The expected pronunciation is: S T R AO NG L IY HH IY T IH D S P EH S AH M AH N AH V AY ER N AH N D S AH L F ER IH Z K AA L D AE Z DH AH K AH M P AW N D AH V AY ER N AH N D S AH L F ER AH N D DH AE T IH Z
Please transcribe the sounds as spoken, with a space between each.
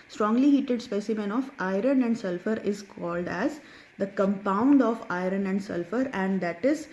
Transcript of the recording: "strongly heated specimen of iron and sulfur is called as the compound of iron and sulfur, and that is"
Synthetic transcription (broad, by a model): S T R AO NG L IY HH IY T IH D S P EH S AH M AH N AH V AY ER N AH N D S AH L F ER IH Z K AA L D AE Z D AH K AH M P AW N D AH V AY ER N AH N D S AH L F ER AH N D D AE T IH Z